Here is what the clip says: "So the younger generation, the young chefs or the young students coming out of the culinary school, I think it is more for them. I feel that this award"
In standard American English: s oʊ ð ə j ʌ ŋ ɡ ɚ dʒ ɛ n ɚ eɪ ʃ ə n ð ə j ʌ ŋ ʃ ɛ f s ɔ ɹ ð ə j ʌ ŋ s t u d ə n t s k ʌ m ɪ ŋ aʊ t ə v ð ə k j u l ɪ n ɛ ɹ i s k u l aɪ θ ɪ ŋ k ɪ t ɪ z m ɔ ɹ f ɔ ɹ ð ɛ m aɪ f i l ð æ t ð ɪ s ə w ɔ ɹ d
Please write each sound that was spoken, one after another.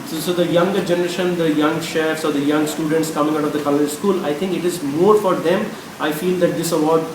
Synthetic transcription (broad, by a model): s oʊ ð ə j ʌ ŋ ɡ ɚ dʒ ɛ n ɚ eɪ ʃ ə n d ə j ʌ ŋ ʃ ɛ f s ɔ ɹ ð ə j ʌ ŋ s t u d ə n t s k ʌ m ɪ ŋ aʊ t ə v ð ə k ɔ l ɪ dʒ s k u l aɪ t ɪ ŋ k ɪ t ɪ z m ɔ ɹ f ɔ ɹ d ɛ m aɪ f i l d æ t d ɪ s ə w ɔ ɹ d